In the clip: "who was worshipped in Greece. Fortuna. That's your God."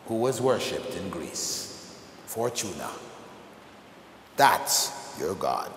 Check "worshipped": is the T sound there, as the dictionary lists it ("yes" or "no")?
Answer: yes